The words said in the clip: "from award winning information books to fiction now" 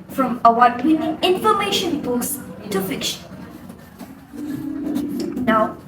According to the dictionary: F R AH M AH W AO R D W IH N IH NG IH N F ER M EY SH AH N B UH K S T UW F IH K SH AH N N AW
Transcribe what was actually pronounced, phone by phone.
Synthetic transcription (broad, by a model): F R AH M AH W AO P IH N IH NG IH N F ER M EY SH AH N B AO S T UW F IH K SH AH N N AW